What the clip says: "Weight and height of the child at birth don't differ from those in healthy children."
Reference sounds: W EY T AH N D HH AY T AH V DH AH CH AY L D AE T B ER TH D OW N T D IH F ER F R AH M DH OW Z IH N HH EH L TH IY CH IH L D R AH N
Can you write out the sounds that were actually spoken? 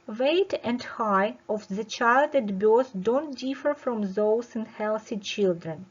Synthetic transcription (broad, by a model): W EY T AH N D HH AY AH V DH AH CH AY L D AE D B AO S D OW N T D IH F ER F R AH M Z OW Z IH N HH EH L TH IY CH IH L D R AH N